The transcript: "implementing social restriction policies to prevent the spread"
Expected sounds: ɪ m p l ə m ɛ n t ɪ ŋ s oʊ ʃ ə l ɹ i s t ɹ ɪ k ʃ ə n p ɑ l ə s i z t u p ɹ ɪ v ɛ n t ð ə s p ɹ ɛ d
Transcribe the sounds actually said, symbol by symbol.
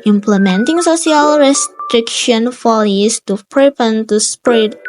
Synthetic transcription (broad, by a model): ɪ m p l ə m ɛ n t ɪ ŋ s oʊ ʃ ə l ɹ i s t ɹ ɪ k ʃ ə n f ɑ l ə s t u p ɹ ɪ p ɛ n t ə s p ɹ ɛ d